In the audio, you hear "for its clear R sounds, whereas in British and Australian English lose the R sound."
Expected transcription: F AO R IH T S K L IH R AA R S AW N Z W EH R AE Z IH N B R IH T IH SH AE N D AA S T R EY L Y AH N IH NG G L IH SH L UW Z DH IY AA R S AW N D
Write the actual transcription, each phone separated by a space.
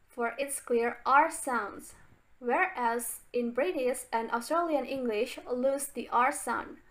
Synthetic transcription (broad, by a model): F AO R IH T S K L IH R AA R S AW N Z W EH R AE Z IH N B R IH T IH S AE N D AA S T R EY L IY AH N IH NG G L IH SH L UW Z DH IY AA R S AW N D